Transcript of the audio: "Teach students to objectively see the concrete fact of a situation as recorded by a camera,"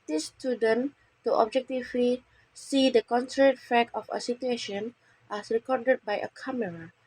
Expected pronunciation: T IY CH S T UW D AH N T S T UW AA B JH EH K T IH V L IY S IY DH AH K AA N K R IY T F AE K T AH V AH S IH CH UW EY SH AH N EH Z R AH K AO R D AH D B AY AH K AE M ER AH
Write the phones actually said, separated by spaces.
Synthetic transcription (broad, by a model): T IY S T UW D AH N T T UW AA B JH EH K T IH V L IY S IY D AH K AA N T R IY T F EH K AH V AH S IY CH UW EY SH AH N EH S R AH K AO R D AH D B AY AH K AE M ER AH